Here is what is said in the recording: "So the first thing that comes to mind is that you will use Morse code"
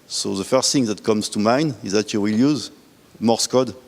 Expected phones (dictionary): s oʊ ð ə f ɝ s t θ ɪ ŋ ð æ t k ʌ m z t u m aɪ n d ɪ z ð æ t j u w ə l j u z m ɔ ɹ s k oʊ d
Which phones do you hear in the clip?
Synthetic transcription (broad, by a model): s oʊ ð ə f ɝ s t θ ɪ ŋ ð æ t k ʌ m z t u m aɪ n ɪ z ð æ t j u w ə l j u z m ɔ ɹ s k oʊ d